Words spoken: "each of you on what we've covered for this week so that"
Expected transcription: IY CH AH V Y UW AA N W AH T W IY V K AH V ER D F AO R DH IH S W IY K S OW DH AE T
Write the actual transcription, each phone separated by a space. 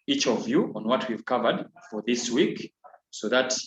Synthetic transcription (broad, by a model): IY CH AH V Y UW AA N W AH T W IY V K AH V ER D F AO R DH IH S W IY K S OW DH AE T